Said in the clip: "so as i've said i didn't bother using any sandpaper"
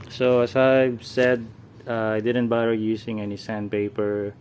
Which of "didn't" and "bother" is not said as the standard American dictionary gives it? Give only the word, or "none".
bother